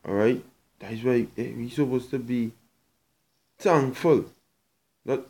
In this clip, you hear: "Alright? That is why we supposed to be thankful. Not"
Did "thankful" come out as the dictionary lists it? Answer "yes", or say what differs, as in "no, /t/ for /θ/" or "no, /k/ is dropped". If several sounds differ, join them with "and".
no, /t/ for /θ/ and /k/ is dropped